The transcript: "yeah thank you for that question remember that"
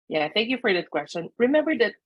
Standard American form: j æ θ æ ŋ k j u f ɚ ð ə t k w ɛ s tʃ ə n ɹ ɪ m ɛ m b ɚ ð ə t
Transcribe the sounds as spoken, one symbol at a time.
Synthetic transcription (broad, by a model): j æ θ æ ŋ k j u f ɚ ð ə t k w ɛ s tʃ ə n ɹ ɪ m ɛ m b ɚ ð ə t